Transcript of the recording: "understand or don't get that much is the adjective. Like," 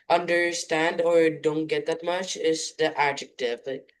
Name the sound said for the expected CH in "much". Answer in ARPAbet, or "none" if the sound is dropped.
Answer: CH